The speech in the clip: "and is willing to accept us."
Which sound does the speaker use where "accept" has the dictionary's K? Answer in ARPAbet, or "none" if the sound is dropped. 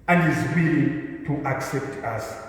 K